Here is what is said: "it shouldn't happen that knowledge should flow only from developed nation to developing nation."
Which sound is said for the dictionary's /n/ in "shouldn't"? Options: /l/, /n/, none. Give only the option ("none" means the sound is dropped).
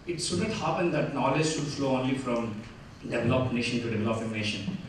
none